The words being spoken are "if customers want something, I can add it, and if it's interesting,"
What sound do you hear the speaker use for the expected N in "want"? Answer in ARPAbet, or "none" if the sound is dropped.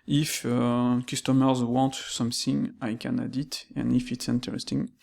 N